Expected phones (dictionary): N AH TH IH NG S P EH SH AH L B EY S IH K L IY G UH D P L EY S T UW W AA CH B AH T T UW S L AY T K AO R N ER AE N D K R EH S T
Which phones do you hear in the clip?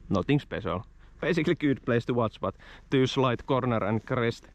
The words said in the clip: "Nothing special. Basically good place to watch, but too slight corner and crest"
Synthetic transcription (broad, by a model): N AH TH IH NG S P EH S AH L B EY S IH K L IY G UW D P L EY S T UW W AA S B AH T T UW S L AY T K AO R N ER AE N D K R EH S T